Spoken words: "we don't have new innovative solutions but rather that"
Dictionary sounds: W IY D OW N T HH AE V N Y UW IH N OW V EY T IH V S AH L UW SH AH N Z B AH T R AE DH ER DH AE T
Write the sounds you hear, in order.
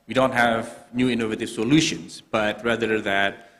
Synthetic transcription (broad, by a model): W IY D OW N T HH AE V N Y UW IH N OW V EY T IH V S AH L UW SH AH N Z B AH T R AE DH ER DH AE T